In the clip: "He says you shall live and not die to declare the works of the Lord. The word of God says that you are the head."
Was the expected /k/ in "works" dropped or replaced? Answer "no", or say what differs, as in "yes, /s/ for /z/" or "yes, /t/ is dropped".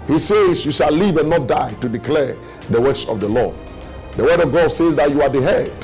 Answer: yes, /k/ is dropped